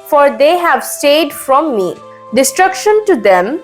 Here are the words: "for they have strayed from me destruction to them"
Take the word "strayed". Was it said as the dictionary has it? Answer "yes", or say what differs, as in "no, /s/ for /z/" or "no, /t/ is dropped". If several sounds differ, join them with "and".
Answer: no, /ɹ/ is dropped